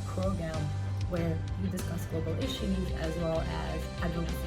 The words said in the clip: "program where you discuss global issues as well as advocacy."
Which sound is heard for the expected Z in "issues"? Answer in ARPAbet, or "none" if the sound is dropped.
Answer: Z